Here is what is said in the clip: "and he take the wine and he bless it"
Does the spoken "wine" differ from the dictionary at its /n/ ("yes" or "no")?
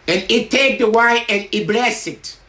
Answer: yes